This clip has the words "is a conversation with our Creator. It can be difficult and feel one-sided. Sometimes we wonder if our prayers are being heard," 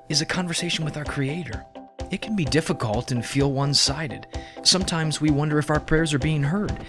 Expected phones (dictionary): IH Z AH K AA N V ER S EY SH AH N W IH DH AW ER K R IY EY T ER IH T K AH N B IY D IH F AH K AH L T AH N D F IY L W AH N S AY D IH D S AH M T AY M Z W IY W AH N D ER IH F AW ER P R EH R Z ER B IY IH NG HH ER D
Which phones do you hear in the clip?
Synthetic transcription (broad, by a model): IH Z AH K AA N V ER S EY SH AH N W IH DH AW ER K R IY EY T ER IH T K N B IY D IH F AH K AH L T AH N F IY L W AH N S AY D IH D S AH M T AY M Z W IY W AH N D ER IH F AW ER P R EH R Z ER B IY IH NG HH ER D